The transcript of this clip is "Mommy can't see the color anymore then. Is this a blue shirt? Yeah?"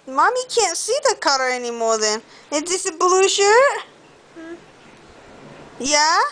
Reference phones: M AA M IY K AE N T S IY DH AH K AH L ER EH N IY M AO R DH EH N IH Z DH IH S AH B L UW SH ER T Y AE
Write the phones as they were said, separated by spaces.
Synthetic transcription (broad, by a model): M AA M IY K AE N T S IY DH AH K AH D ER EH N IY M AO R DH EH N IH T DH IH S AH B L UW SH ER T Y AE